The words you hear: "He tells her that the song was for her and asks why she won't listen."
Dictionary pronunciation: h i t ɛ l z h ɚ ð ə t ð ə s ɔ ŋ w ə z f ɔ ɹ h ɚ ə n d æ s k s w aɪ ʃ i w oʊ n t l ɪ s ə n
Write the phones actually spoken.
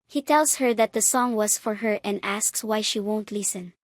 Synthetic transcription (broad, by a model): h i t ɛ l s h ɚ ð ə t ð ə s ɔ ŋ w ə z f ɔ ɹ h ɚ ə n d æ s k s w aɪ ʃ i w oʊ n t l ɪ s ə n